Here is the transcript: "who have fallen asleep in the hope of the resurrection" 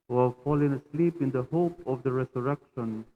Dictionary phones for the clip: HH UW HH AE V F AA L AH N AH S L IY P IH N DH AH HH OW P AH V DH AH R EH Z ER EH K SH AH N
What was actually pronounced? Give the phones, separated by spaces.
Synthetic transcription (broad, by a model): HH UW HH AE V F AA L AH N AH S L IY P IH N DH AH HH OW P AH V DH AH R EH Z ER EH K SH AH N